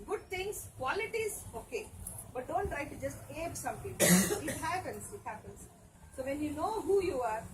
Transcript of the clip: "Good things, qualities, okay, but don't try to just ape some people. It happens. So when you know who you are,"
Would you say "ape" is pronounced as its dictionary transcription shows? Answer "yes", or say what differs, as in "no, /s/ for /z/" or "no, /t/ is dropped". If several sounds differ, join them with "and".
no, /b/ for /p/